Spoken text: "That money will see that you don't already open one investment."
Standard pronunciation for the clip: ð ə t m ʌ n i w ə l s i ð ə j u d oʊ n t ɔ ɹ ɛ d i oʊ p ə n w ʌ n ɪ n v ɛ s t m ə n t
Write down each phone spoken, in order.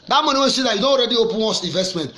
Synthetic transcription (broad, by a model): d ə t m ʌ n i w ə n s i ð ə j u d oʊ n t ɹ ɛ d i oʊ p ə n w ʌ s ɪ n v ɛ s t m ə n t